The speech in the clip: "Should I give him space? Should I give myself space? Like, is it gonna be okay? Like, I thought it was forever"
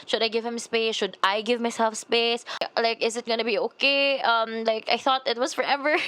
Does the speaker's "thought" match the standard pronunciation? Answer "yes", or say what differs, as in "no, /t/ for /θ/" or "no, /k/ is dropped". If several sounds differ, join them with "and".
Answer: yes